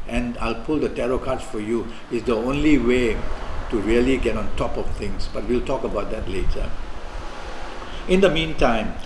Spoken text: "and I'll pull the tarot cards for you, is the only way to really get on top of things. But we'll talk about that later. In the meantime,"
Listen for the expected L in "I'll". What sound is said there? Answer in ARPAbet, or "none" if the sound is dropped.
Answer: L